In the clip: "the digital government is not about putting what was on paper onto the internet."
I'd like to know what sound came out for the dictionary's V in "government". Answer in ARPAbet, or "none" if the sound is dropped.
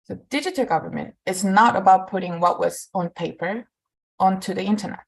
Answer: V